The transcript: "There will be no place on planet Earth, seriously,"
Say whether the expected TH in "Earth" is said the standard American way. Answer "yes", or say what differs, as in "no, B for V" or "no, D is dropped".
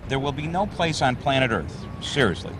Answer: yes